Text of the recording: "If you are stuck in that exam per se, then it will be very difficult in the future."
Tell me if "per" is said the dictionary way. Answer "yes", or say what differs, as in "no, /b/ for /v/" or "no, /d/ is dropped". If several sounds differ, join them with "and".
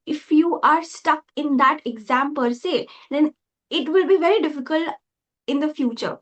yes